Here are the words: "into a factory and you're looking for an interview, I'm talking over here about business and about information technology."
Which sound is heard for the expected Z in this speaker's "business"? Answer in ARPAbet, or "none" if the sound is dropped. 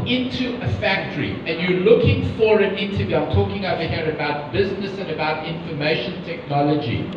Z